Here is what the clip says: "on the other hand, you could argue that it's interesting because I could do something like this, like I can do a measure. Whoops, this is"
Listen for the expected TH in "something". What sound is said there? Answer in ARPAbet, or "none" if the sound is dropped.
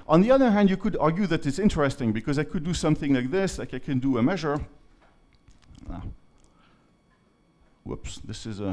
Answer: TH